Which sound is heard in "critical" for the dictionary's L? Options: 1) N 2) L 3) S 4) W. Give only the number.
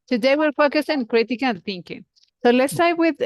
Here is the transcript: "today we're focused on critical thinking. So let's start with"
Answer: 1